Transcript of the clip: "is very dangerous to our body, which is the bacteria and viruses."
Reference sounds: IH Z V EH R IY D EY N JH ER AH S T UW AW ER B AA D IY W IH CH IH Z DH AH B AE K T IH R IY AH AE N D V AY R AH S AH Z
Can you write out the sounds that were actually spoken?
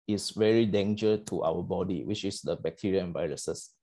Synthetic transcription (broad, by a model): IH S V EH R IY D EY N JH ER AH T UW AW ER B AA D IY W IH CH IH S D AH B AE K T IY R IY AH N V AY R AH S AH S